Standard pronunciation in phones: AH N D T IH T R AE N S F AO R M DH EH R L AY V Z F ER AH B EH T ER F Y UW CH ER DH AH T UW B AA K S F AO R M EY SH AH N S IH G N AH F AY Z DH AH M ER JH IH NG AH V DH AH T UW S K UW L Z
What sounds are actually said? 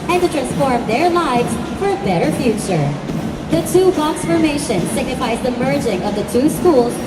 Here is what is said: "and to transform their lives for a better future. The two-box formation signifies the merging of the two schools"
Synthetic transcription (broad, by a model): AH N T IH T R AE N S F AO R M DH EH R L AY V Z F ER AH B EH T ER F Y UW CH ER DH AH T UW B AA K S F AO R M EY SH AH N S IH G N AH F AY Z DH AH M ER JH IH NG AH V DH AH T UW S K UW L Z